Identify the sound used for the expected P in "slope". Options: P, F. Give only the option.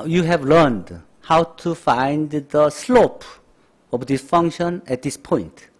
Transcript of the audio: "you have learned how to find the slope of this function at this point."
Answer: P